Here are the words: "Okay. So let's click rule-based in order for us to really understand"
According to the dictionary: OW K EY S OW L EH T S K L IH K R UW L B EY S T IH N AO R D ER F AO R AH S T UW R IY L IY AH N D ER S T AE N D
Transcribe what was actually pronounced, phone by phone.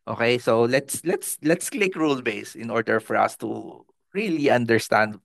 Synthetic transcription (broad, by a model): OW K EY S OW L EH T S K L IH K R UW L B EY S IH N AO R D ER F AO R AH S T UW R IY L IY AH N D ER S T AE N D